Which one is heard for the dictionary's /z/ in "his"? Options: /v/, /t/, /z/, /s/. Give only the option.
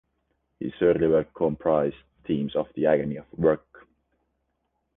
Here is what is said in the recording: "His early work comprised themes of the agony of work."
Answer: /s/